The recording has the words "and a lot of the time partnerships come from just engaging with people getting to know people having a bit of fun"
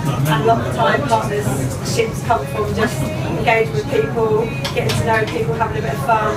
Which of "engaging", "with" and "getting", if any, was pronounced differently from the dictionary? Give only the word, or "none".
engaging